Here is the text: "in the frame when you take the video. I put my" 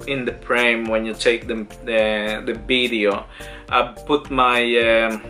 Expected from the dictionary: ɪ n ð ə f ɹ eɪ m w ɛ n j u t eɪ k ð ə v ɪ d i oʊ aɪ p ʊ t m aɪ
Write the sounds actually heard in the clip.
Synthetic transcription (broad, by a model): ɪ n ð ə p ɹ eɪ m w ɛ n j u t eɪ k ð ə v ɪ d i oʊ aɪ p ʊ t m aɪ